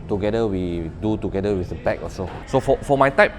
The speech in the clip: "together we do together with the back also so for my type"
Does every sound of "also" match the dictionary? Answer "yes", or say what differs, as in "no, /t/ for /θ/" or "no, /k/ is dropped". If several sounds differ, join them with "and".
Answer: no, /l/ is dropped